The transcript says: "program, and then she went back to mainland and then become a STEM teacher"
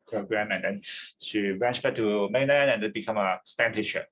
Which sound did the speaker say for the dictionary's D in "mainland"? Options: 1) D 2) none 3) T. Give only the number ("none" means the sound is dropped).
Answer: 2